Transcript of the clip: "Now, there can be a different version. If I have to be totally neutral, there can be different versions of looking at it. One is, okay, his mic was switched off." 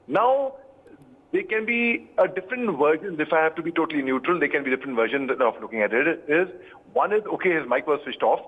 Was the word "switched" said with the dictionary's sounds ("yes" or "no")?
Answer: no